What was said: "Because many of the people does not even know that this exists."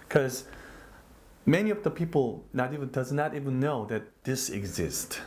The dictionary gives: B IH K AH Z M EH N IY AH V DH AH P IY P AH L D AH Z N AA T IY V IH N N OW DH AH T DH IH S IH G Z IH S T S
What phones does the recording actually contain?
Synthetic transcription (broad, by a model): K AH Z M EH N IY AH V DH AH P IY P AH N D AH Z N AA T IY V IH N N OW DH AH T DH IH S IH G Z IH S T